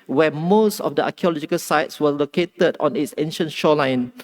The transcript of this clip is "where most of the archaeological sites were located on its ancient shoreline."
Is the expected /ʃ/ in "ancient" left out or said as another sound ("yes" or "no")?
no